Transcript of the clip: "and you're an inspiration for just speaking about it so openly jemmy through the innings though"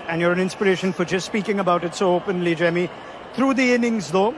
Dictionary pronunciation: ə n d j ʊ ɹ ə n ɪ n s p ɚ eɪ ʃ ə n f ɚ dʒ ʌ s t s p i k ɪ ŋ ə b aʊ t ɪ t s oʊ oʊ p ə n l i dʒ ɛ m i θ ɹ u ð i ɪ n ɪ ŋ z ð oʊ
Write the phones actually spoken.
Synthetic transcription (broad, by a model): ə n j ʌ ɹ ə n ɪ n s p ɚ eɪ ʃ ə n f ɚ dʒ ʌ s t s p i k ɪ ŋ ə b aʊ t ɪ t s oʊ oʊ p ə n l i dʒ ɛ m i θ ɹ u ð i ɪ n ɪ ŋ z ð oʊ